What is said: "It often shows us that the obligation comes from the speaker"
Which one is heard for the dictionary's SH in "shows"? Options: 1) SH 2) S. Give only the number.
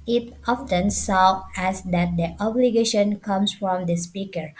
2